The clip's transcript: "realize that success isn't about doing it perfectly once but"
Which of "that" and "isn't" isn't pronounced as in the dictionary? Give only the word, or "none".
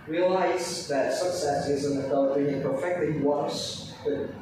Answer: none